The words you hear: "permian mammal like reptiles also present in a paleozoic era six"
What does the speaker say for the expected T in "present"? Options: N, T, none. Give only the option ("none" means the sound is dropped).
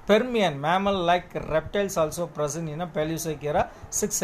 none